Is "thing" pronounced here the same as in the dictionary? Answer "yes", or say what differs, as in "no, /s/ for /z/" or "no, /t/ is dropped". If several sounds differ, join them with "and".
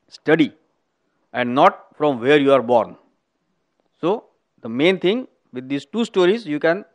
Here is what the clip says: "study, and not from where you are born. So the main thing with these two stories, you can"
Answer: no, /t/ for /θ/